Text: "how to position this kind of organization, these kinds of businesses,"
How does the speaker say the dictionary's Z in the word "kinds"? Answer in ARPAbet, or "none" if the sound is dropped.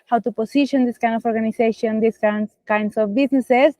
S